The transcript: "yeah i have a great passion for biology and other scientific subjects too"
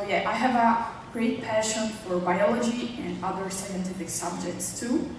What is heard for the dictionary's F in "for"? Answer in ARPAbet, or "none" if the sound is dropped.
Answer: F